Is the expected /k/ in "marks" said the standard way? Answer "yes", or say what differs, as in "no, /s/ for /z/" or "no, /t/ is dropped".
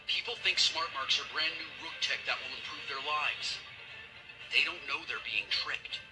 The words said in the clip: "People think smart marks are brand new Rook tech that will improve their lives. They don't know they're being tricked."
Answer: yes